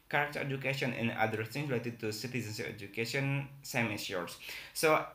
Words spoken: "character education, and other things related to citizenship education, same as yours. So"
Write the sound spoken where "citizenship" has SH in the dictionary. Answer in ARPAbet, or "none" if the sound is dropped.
S